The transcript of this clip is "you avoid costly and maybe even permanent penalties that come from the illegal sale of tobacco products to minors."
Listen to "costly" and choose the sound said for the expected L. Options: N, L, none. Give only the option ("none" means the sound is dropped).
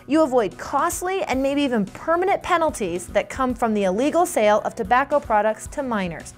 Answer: L